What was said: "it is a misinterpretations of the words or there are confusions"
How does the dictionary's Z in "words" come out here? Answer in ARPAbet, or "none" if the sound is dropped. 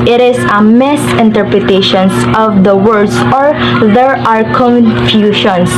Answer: S